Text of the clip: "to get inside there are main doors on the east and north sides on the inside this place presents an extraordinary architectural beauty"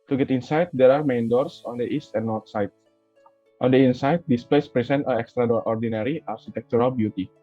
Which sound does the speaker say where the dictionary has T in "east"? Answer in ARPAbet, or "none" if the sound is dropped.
T